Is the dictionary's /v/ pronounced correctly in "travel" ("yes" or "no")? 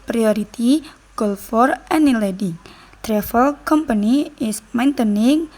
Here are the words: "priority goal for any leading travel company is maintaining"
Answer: no